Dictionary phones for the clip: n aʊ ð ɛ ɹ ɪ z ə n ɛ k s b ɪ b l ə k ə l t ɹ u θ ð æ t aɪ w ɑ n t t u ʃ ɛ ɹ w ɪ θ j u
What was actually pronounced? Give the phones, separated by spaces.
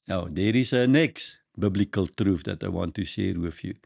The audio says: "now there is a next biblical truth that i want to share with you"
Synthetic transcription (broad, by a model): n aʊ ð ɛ ɹ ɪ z ə n ɛ k s b ɪ b l ə k ə l t ɹ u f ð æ t aɪ w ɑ n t t u ʃ ɛ ɹ w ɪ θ j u